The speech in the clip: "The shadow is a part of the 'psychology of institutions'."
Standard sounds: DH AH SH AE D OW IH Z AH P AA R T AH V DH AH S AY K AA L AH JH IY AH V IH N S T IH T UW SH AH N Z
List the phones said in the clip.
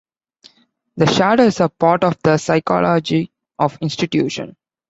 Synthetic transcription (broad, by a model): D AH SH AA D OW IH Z AH P AA R T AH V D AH S AY K AA L AH JH IY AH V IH N S T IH T UW SH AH N